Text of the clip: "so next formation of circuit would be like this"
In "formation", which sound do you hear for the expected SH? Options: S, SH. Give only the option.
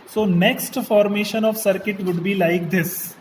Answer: SH